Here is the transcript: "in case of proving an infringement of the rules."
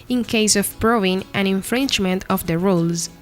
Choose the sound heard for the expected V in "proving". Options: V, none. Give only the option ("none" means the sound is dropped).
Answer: none